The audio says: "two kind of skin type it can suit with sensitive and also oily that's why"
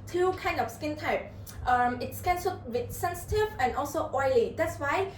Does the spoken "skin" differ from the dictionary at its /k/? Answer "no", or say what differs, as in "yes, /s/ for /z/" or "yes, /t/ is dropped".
no